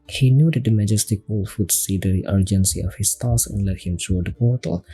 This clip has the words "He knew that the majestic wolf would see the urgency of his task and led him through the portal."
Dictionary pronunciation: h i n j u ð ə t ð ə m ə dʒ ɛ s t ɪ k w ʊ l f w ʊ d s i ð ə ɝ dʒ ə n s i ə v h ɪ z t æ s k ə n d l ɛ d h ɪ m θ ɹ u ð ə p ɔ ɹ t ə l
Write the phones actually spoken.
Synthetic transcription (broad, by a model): h i n j u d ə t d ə m ə dʒ ɛ s t ɪ k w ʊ l f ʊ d s i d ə ɝ dʒ ə n s i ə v h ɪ s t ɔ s ə n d l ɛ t h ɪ m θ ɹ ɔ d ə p ɔ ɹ t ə l